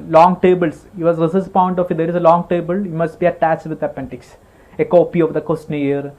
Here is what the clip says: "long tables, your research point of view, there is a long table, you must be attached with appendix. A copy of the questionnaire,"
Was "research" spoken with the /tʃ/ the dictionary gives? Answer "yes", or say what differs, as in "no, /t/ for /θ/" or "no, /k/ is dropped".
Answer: no, /s/ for /tʃ/